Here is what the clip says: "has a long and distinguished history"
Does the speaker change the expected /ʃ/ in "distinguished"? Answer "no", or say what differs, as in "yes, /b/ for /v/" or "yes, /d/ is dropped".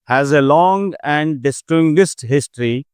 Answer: yes, /s/ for /ʃ/